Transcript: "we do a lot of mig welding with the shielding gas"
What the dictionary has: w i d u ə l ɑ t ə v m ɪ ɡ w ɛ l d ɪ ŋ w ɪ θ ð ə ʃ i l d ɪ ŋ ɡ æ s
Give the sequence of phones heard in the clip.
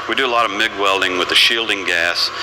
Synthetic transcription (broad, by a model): w i d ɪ ə l ɑ t ə v m ɪ ɡ w ɛ l d ɪ ŋ w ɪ ð ə ʃ i l d ɪ ŋ ɡ æ s